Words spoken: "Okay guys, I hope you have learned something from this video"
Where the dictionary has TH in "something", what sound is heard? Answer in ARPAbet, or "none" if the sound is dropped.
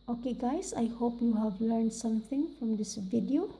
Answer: T